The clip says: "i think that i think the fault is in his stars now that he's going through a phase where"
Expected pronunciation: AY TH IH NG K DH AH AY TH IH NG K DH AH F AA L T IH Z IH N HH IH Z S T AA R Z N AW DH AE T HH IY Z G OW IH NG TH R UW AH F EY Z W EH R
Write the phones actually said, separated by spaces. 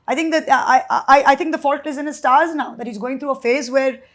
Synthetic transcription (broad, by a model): AY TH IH NG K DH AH AY T IH NG K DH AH F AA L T IH Z IH N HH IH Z S T AA R Z N AW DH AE T HH IY Z G OW IH NG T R UW AH F EY Z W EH R